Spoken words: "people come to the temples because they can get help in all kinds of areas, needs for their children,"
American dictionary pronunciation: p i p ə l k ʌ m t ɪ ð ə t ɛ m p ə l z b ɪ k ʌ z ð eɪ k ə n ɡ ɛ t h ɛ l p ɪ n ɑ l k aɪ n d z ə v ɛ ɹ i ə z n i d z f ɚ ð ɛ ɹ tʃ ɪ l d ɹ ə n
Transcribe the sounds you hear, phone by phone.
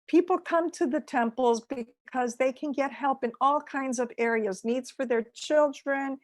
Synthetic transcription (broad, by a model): p i p l k ʌ m t ɪ ð ə t ɛ m p l z b ɪ k ʌ z ð eɪ k ə n ɡ ɛ t h ɛ l p ɪ n ɑ l k aɪ n d z ə v ɛ ɹ i ə z n i d z f ɚ ð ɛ ɹ tʃ ɪ l d ɹ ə n